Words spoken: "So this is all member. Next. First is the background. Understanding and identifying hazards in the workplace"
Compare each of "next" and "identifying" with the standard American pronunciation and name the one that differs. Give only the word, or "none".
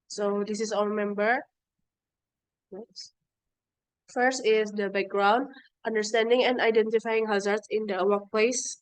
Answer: next